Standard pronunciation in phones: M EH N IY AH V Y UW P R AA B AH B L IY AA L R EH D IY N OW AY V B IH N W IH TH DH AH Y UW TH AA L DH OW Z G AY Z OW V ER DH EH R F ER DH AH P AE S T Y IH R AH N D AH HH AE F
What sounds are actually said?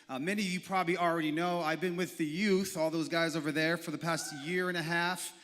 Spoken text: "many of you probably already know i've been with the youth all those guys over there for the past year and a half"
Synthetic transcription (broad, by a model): M EH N IY AH V Y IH P R AA B AH B L IY L R EH D IY N OW AY V B IH N W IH DH AH Y UW TH AA L DH OW Z G AY Z OW V ER DH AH R F ER DH AH P AE S T Y IH R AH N AH HH AE F